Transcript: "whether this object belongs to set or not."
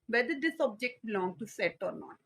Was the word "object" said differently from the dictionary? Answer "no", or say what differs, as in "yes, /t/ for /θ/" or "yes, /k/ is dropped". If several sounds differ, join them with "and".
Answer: no